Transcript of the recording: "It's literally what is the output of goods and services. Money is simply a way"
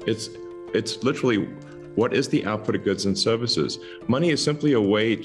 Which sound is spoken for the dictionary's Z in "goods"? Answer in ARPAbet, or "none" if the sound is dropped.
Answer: Z